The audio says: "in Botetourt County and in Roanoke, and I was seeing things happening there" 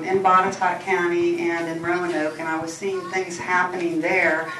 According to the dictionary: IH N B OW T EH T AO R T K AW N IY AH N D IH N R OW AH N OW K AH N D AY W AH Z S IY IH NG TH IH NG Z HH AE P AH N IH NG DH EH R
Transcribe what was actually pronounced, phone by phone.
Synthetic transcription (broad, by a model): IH N B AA T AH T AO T K AW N IY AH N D IH N R OW AH N OW K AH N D AY W AH Z S IY IH NG TH IH NG Z HH AE P AH N IH NG DH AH R